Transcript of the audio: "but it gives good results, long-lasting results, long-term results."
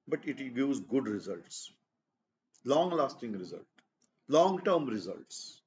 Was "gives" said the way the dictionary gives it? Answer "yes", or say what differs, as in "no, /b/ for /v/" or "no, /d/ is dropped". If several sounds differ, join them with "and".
no, /v/ is dropped